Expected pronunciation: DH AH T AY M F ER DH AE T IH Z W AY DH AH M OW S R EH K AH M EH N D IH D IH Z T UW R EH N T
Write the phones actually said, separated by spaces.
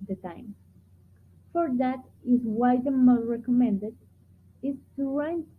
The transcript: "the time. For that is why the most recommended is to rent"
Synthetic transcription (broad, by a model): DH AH T AY M F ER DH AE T IH Z W AY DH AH M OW R EH K AH M EH N D IH D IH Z T UW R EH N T